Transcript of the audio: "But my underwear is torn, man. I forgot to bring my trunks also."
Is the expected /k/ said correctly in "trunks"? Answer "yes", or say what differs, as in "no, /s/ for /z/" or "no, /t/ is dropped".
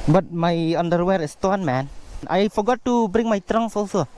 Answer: no, /k/ is dropped